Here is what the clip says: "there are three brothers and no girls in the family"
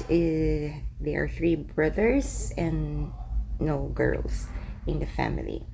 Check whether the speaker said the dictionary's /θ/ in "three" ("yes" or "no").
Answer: yes